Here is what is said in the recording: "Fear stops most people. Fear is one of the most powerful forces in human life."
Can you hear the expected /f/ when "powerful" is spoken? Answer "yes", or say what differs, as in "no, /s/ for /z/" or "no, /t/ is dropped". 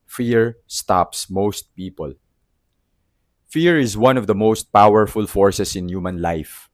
yes